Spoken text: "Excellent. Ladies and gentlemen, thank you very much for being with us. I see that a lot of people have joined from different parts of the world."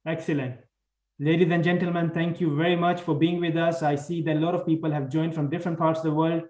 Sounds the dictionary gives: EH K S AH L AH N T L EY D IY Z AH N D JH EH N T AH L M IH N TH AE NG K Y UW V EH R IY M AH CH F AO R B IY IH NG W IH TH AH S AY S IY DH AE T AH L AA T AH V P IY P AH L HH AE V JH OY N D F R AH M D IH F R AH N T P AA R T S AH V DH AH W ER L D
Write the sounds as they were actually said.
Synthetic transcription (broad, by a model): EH K S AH L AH N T L EY D IY Z AH N D JH EH N T AH L M IH N T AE NG K Y UW V EH R IY M AH CH F AO R B IY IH NG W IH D AH S AY S IY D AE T L AA T AH V P IY P AH L HH AE V JH OY N D F R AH M D IH F R AH N T P AA R T S AH V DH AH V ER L D